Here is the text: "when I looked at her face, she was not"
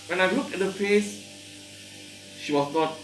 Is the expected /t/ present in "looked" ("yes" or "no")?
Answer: no